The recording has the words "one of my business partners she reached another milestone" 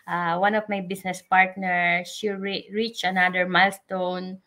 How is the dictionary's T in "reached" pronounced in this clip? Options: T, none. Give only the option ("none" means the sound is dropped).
none